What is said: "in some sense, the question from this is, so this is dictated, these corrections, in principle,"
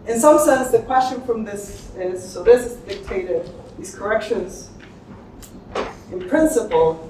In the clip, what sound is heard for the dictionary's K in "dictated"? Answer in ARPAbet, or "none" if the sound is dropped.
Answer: K